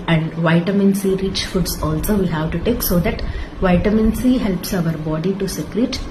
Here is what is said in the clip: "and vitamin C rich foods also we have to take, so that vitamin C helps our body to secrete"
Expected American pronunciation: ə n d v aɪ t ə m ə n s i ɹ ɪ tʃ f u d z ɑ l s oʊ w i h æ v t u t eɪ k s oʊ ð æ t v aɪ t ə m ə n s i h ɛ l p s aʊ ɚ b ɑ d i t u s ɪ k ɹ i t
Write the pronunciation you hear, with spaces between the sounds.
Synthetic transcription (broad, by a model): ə n d v aɪ t ə m ə n s i ɹ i tʃ f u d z ɑ l s oʊ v i h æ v t u t eɪ k s oʊ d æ t v aɪ t ə m ə n s i h ɛ l p s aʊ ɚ b ɑ d i t u s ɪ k ɹ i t